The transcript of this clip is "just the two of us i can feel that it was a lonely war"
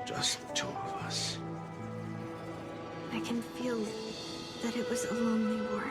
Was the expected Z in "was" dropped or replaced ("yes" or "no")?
no